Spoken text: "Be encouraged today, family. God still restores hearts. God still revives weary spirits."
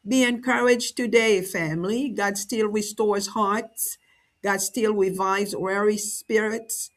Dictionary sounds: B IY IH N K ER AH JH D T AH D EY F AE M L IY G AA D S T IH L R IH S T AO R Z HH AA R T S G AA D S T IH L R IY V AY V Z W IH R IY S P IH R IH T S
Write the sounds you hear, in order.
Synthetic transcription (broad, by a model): B IY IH N K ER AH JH T AH D EY F AE M L IY G AA D S T IH L R IH S T AO R Z HH AA R T S G AA D S T IH L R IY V AY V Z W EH R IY S P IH R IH T S